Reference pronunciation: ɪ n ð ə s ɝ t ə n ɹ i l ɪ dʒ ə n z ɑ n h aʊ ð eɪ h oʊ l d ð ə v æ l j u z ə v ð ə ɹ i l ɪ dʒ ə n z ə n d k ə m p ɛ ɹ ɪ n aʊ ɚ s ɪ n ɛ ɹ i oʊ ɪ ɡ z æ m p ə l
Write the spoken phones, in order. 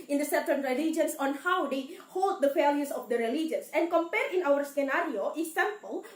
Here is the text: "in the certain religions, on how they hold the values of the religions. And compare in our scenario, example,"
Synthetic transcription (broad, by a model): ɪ n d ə s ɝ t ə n ɹ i l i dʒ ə n s ɑ n h aʊ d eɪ h oʊ l d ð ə f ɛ l j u s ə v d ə ɹ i l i dʒ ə n s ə n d k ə m p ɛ ɹ ɪ n aʊ ɚ s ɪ n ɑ ɹ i oʊ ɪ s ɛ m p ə l